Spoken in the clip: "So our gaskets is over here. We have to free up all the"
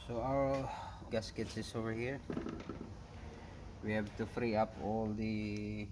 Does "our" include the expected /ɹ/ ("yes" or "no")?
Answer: no